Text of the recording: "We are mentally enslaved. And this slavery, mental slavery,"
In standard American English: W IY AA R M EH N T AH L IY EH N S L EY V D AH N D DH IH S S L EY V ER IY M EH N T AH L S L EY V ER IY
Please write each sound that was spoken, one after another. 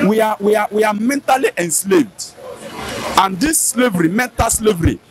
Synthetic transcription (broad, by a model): W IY AA W M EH N T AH L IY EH N S L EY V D AH N D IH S S L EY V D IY M EH N T AH L S L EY V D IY